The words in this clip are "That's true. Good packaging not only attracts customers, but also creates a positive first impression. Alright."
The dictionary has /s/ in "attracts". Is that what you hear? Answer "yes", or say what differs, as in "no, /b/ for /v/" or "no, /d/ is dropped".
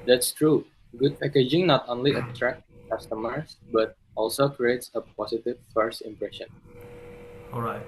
no, /s/ is dropped